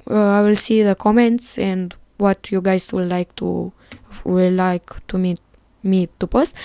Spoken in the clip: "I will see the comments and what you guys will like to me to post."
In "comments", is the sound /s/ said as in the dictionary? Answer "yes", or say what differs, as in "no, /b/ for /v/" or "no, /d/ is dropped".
yes